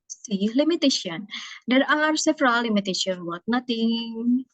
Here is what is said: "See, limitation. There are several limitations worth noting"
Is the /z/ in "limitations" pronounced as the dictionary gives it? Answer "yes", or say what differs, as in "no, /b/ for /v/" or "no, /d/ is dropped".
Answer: no, /z/ is dropped